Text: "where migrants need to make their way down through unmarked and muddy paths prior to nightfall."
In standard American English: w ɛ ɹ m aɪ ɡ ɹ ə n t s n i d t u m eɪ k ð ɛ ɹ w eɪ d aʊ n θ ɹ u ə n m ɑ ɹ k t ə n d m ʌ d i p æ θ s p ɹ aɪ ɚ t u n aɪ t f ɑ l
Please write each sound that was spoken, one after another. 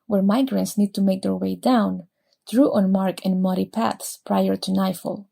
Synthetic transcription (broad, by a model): w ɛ ɹ m aɪ ɡ ɹ ə n t s n i d t u m eɪ k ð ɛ ɹ w eɪ d aʊ n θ ɹ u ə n m ɑ ɹ k ə n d m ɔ d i p æ θ s p ɹ aɪ ɚ t u n aɪ f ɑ l